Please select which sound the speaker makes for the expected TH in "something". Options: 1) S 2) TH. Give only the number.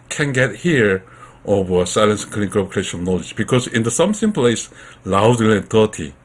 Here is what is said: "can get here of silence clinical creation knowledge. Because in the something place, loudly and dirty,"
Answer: 1